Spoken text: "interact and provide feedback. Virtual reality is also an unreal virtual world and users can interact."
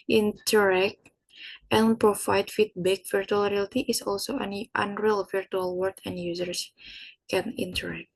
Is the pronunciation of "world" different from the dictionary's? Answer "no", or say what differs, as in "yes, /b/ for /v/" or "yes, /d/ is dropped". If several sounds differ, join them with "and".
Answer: yes, /l/ is dropped